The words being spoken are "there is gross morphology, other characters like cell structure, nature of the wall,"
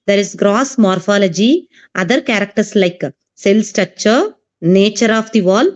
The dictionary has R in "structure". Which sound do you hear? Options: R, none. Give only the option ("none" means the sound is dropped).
none